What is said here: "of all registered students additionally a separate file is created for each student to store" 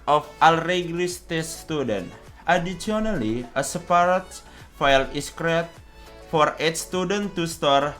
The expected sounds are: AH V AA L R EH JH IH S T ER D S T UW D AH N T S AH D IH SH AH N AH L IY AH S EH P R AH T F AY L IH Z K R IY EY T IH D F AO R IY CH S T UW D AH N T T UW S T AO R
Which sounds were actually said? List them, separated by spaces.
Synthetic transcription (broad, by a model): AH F AA L R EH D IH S T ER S T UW D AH N T AH D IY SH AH N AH L IY AH S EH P R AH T F AY L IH S K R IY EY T F AO R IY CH S T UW D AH N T T UW S T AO R